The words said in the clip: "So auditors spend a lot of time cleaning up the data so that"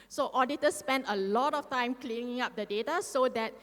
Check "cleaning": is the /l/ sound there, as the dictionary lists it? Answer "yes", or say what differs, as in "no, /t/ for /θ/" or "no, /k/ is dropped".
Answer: yes